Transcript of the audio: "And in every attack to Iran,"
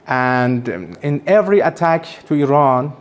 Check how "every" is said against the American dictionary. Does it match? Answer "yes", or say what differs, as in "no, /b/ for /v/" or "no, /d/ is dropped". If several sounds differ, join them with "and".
yes